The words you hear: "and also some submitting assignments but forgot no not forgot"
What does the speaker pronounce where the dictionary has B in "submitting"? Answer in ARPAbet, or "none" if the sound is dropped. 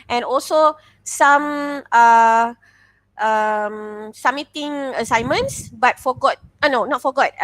none